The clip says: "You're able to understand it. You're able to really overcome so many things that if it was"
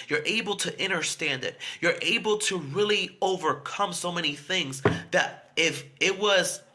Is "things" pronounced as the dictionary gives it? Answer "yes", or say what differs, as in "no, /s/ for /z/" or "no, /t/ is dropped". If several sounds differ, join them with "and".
yes